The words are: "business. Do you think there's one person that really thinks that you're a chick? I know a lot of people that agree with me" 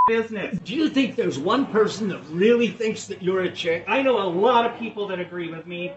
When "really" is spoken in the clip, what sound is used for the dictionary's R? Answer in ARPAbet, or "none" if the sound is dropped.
R